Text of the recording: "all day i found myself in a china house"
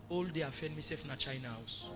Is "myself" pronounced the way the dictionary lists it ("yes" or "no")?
no